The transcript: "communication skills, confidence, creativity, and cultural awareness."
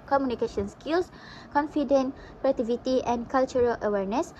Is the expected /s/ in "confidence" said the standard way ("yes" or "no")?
no